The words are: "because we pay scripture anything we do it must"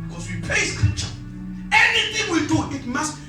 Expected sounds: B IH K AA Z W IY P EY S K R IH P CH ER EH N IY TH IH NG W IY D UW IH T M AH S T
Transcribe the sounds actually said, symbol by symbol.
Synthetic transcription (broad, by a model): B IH K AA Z W IY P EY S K IH CH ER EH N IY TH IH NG W IY D UW IH T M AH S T